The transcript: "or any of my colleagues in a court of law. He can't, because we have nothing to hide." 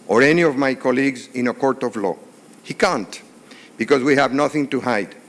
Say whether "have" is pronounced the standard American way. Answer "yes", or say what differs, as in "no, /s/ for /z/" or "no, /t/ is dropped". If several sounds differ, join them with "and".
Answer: yes